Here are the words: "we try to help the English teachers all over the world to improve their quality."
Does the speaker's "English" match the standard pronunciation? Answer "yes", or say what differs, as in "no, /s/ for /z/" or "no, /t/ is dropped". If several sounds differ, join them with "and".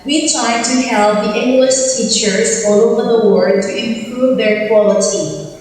yes